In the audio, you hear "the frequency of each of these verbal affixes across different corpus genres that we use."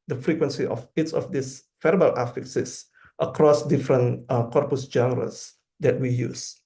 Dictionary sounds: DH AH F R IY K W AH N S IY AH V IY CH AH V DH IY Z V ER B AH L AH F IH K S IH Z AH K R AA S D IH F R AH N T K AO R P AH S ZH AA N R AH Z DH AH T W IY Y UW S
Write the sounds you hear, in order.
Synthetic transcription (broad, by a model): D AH F R IY K W AH N S IY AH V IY S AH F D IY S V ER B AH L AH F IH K S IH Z AH K R AA S D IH F R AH N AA K AO R P AH S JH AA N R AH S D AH T W IY Y UW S